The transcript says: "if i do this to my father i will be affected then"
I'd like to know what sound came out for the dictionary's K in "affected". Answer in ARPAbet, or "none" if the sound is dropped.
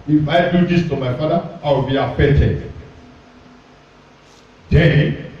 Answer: none